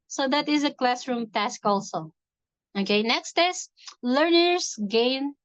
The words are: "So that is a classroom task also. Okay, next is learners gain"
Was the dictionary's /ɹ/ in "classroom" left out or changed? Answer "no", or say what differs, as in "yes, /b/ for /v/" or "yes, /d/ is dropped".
no